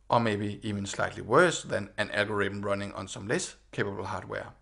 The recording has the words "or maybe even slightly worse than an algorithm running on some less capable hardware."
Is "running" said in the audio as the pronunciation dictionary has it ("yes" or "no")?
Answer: yes